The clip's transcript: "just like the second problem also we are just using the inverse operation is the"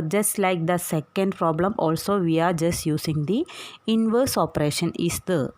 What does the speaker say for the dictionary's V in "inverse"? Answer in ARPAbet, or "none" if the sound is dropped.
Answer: V